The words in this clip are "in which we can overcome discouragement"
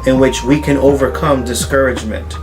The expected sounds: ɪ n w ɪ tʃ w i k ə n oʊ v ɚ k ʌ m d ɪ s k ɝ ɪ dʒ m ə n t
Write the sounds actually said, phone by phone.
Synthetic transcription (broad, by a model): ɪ n w ɪ tʃ w i k ə n oʊ v ɚ k ʌ m d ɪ s k ɝ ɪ dʒ m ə n t